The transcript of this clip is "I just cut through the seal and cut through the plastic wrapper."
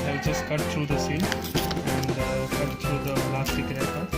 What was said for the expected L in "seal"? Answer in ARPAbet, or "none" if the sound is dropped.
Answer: N